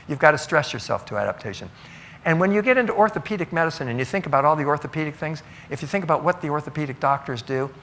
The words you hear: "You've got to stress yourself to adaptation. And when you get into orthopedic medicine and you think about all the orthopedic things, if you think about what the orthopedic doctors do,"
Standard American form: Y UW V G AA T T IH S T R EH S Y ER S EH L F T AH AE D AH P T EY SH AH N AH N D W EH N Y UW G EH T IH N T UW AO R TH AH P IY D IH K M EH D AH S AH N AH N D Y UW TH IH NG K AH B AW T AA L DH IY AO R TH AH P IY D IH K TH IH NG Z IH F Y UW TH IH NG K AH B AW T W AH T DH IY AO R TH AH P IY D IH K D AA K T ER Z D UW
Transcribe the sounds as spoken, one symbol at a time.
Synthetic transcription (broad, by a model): Y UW V G AA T T IH S T R EH S Y ER S EH L F T AH AE D AH P T EY SH AH N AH N W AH N Y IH G EH T IH N T UW AO R TH AH P IY D IH K M EH D AH S AH N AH N Y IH TH IH NG K AH B AW T AA L DH IY AO R TH AH P IY D IH K TH IH NG Z IH F Y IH TH IH NG K AH B AW T W AH T DH IY AO R TH AH P IY D IH K D AA K T ER Z D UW